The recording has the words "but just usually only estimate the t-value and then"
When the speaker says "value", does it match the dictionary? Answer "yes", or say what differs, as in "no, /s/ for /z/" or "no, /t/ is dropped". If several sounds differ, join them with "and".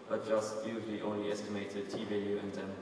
no, /l/ is dropped